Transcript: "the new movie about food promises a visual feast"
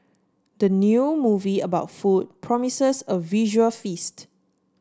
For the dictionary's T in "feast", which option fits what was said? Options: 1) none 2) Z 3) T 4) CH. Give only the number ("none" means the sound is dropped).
3